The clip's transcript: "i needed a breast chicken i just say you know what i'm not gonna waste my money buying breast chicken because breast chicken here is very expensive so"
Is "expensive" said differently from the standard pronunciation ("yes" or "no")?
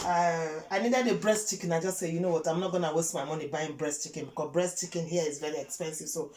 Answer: no